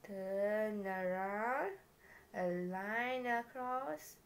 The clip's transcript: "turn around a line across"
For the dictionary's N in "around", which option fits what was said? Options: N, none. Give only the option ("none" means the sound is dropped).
none